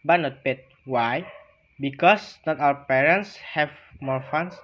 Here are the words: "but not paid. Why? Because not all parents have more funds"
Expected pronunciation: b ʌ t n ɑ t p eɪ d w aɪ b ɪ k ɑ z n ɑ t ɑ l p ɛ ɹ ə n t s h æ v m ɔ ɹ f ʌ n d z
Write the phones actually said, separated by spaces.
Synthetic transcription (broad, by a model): b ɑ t n ɑ t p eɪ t w aɪ b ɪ k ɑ s n ɑ t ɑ w p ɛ ɹ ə n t s h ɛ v m ɔ ɹ f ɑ n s